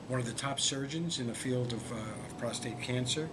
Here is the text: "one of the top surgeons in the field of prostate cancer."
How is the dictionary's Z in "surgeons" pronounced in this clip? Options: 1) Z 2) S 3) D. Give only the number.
1